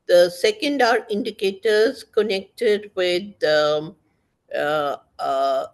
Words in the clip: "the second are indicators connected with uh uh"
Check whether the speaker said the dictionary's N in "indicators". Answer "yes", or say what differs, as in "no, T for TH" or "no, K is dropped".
yes